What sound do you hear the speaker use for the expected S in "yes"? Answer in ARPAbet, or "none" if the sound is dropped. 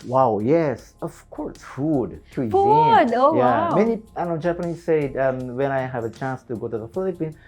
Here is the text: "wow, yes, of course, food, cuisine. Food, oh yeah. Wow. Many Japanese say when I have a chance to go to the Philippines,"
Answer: S